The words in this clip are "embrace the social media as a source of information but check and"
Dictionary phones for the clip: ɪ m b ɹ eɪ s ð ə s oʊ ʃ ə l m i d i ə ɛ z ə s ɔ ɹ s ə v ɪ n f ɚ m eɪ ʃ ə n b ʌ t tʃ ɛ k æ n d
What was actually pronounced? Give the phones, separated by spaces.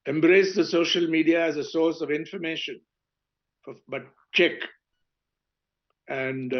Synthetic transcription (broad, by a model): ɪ m b ɹ eɪ s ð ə s oʊ ʃ ə l m i d i ə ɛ z ə s ɔ ɹ s ə v ɪ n f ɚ m eɪ ʃ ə n b ʌ t tʃ ɛ k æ n d